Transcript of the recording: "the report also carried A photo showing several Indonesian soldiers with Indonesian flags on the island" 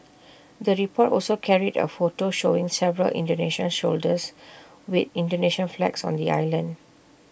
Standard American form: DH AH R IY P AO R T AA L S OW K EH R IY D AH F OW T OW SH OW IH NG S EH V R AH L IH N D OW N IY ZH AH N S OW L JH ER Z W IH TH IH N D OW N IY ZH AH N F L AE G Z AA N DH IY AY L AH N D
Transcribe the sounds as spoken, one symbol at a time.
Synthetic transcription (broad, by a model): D AH R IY P AO T AA L S OW K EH R IY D AH F OW T OW SH OW IH NG S EH V R AH L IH N D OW N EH SH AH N SH OW L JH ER S W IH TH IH N D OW N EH SH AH N F L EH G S AA N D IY AY L AH N D